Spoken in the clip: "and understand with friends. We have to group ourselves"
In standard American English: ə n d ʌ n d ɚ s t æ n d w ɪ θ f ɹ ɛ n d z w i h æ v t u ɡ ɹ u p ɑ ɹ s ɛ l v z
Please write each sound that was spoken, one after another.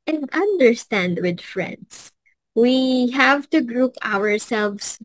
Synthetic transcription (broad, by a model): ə n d ʌ n d ɚ s t æ n d w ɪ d f ɹ ɛ n d s w i h æ v t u ɡ ɹ u p ɑ ɹ s ɛ l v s